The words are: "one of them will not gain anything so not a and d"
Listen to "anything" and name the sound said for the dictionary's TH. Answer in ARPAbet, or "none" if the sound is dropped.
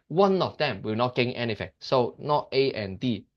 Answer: F